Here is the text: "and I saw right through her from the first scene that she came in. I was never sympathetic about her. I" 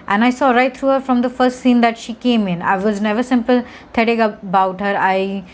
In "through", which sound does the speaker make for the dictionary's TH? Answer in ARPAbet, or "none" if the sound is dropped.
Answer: T